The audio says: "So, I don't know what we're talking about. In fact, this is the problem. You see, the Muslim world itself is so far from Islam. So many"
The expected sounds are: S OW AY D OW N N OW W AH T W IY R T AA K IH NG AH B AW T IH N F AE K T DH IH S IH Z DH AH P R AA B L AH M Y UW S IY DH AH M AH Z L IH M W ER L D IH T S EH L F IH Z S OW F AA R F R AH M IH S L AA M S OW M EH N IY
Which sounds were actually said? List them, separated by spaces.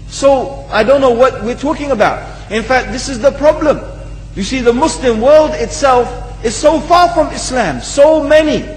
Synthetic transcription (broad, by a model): S OW AY D OW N N OW W AH T W IY R T AA K IH NG AH B AW T IH N F AE K T DH IH S IH Z DH AH P R AA B L AH M Y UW S IY DH AH M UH S L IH M W ER L D IH T S EH L F IH Z S OW F AA R F R AH M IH S L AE M S OW M EH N IY